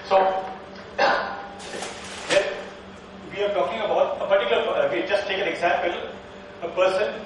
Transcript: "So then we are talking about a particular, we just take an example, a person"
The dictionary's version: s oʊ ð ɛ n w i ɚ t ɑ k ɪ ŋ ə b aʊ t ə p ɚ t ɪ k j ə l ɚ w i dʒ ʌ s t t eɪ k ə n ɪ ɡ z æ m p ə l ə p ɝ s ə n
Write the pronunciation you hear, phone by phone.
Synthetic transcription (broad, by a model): s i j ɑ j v i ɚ t ɑ k ɪ ŋ ə b aʊ t ə p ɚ t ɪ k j l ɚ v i dʒ ʌ s t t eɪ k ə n ɪ ɡ z æ m p ə l ə p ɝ s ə n